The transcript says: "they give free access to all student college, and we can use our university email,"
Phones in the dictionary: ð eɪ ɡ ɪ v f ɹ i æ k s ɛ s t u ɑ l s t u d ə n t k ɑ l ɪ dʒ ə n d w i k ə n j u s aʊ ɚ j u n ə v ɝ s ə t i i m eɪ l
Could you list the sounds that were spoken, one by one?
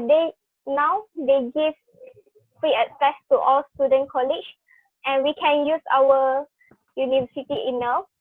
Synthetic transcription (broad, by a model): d eɪ ɡ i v f ɹ i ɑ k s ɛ s t u ɑ l s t u d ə n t k ɑ l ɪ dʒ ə n w i k ə n j u s aʊ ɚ j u n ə v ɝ s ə t i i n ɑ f